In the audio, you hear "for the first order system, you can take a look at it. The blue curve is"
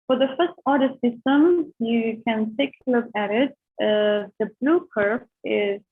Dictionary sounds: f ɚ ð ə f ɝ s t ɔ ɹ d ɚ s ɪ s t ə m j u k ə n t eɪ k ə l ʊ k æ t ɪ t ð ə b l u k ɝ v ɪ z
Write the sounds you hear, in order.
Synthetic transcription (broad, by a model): f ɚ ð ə f ɝ s t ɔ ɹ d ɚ s ɪ s t ə m j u k ə n t eɪ k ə l ʊ k æ t ɪ t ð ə b l u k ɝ f ɪ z